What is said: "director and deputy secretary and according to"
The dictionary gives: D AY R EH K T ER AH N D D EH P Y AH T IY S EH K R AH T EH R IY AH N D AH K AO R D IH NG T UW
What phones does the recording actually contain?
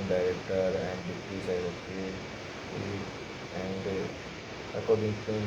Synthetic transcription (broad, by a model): D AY R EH K T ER AH N D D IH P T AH S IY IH R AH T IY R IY AH N D AH K AO R D IH NG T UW